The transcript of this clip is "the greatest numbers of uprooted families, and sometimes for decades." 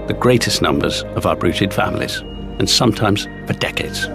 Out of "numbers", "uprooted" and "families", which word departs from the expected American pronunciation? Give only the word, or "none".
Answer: uprooted